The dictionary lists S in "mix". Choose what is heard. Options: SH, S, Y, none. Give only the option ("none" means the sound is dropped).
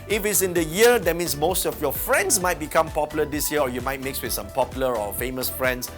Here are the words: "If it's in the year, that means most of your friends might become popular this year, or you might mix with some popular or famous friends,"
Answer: S